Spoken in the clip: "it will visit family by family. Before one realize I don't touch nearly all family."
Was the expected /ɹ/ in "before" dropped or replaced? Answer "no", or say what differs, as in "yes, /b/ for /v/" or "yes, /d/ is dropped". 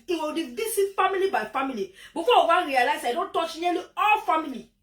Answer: yes, /w/ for /ɹ/